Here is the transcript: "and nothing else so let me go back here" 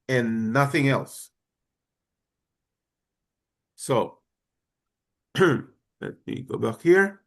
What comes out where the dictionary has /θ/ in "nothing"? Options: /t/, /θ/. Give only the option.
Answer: /θ/